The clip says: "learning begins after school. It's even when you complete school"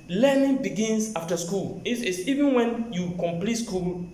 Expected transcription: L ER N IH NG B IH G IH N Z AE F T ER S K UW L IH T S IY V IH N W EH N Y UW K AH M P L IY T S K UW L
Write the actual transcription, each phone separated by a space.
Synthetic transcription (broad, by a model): L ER N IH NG B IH G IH N S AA F T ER S K UW L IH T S IY V IH N W EH N Y UW K AH M P L IY T S K UW L